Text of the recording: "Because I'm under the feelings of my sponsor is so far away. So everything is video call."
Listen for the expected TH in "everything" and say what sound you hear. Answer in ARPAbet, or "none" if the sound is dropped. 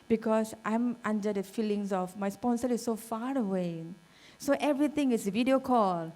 T